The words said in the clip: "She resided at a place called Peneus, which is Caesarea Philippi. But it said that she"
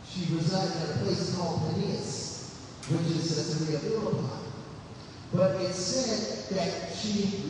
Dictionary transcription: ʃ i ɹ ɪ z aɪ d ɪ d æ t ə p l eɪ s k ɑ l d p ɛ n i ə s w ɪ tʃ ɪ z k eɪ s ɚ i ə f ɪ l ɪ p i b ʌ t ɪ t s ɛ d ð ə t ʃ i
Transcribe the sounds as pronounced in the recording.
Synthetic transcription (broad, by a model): ʃ i ɹ ɪ z aɪ d ɪ d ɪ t ə p l eɪ s k ɑ l d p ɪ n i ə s w ɪ tʃ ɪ z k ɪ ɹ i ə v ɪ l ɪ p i b ʌ t ɪ t s ɛ d ð ə t ʃ i